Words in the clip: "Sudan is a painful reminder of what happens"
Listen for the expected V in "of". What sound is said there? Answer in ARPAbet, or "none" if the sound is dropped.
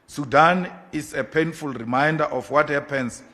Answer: F